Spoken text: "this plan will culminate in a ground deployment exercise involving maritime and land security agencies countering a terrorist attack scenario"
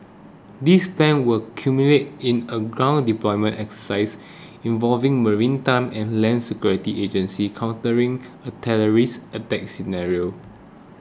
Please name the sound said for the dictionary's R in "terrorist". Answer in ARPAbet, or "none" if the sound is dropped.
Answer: L